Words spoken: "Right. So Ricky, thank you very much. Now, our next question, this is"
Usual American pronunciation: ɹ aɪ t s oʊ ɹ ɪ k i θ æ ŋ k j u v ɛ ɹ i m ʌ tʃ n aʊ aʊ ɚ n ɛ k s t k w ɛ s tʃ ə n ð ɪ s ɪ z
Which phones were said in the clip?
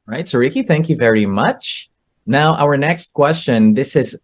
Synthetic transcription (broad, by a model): ɹ aɪ t s oʊ ɹ ɪ k i θ æ ŋ k j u v ɛ ɹ i m ʌ tʃ n aʊ aʊ ɚ n ɛ k s t k w ɛ s tʃ ə n ð ɪ s ɪ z